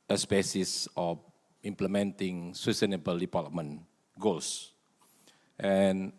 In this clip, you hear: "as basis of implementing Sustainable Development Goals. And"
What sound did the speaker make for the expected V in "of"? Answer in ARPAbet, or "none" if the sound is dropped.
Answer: F